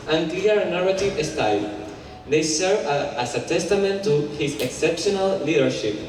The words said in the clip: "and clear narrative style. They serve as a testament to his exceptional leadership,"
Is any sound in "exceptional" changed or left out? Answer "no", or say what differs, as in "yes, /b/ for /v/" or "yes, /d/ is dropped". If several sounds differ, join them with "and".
no